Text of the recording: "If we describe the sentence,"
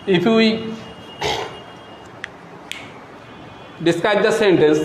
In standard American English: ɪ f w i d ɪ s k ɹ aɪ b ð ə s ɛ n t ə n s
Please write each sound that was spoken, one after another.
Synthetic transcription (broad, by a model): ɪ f w i d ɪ s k aɪ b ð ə s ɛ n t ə n s